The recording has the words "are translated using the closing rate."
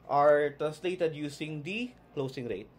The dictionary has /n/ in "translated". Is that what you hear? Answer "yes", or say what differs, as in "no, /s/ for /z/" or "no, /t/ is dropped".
no, /n/ is dropped